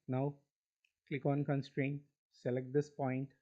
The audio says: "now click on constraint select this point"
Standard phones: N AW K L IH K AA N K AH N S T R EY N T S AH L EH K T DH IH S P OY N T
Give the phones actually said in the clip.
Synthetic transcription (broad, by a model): N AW K L IH K AA N K AH N S T R EY N T S AH L EH K T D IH S P OY N T